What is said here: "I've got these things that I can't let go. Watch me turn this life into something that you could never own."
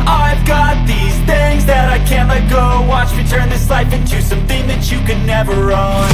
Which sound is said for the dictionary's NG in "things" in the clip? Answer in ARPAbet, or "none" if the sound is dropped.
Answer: NG